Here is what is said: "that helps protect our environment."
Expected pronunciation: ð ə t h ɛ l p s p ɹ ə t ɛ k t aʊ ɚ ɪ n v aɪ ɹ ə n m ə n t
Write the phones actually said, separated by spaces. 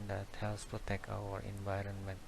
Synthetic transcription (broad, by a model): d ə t h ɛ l s p ɹ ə t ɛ k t aʊ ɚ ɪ n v aɪ ɹ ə n m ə n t